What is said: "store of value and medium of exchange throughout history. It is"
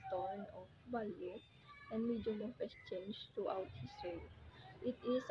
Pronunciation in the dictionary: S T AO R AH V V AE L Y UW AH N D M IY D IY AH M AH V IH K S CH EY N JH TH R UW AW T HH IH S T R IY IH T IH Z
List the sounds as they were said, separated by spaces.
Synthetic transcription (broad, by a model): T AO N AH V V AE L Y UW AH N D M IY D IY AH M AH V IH S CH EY N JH T R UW AW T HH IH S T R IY IH T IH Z